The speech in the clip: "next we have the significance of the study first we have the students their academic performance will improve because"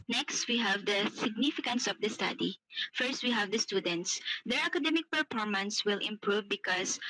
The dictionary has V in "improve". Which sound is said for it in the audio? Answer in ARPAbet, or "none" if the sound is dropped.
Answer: V